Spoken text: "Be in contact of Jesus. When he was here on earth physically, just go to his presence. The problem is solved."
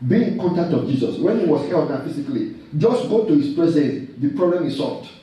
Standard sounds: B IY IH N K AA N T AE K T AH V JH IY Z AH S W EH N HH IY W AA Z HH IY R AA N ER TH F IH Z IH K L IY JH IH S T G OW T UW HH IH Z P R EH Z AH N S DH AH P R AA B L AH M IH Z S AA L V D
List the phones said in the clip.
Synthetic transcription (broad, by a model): B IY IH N K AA N T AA K T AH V JH IY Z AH S W EH N HH IY W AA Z HH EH L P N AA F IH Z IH K L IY JH IH S T G OW T UW HH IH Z P R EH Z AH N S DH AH P R AA B L AH M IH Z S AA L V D